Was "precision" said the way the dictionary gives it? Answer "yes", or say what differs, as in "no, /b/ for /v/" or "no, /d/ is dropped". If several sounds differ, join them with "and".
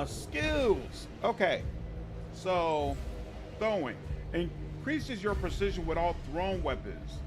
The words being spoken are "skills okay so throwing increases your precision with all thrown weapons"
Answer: yes